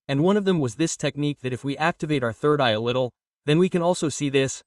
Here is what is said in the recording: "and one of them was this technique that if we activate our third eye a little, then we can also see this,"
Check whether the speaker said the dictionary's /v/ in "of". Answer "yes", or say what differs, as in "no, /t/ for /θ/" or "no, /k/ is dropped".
yes